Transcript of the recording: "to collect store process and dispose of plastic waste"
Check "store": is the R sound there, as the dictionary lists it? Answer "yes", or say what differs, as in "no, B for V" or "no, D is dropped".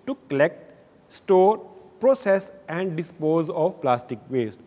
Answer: yes